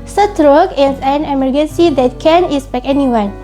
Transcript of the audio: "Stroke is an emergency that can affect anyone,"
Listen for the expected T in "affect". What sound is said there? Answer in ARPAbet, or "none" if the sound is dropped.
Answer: none